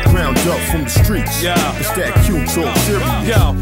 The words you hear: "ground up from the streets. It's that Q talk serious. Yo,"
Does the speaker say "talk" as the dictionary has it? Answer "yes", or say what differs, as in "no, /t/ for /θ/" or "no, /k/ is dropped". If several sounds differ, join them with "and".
no, /s/ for /t/